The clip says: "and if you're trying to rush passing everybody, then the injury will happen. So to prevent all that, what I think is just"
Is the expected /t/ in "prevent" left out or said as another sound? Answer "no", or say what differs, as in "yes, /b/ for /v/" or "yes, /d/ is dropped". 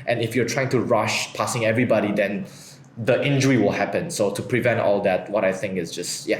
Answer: no